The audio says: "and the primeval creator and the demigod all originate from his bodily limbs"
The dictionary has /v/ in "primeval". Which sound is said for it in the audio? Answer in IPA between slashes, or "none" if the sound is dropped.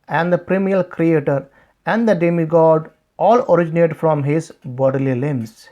none